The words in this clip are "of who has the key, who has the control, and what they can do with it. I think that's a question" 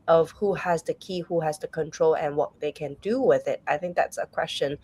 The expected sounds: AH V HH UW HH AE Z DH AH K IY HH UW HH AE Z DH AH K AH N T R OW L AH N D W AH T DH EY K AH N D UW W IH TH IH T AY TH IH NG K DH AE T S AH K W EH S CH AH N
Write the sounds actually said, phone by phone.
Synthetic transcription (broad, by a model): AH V HH UW HH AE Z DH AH K IY HH UW HH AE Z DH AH K AH N T R OW L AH N W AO T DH EY K AH N D UW W IH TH IH T AY TH IH NG K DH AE T S AH K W EH S CH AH N